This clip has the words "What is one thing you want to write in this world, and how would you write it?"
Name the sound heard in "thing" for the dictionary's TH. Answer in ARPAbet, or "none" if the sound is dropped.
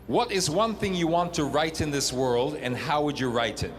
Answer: TH